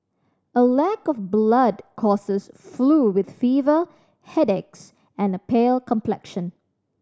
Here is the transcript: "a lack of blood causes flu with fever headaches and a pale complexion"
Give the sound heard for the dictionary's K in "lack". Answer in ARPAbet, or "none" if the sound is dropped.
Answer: K